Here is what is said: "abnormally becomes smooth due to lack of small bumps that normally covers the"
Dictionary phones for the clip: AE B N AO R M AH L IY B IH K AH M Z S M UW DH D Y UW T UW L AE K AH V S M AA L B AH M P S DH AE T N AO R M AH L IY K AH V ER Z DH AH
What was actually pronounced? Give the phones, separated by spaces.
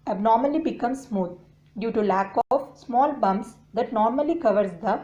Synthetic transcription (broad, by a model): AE B N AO R M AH L IY B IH K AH M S S M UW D D Y UW T UW L AE K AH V S M AA L B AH M S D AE T N AO R M AH L IY K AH V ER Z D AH